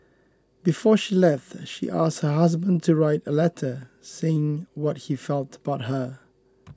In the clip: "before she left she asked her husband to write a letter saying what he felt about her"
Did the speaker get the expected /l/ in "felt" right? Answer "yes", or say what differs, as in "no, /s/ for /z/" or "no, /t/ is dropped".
yes